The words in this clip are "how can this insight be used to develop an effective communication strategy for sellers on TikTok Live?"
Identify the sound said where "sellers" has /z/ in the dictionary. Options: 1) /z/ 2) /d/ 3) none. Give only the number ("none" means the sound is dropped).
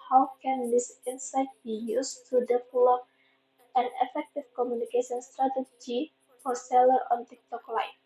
3